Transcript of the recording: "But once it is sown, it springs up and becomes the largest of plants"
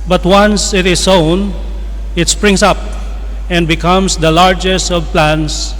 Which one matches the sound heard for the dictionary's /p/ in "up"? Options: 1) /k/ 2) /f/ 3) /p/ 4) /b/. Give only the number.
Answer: 3